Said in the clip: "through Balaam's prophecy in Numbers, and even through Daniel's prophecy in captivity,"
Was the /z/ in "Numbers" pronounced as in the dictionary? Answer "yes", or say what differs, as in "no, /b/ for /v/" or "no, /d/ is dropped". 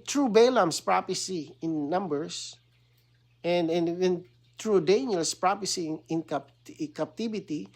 no, /s/ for /z/